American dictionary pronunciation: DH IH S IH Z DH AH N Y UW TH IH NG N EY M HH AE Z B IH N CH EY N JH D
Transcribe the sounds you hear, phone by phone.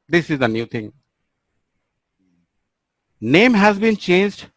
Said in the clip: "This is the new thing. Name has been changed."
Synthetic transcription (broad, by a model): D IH S IH Z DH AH N Y UW T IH NG N EY M HH AE Z B IH N CH EY N JH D